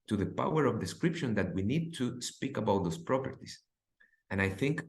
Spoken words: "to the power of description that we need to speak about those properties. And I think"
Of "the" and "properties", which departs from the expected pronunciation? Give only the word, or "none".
properties